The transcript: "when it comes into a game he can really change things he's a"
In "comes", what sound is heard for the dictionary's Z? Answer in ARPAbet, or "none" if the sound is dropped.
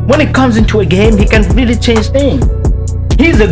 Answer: Z